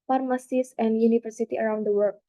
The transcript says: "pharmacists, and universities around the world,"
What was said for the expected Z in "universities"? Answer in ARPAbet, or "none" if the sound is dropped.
none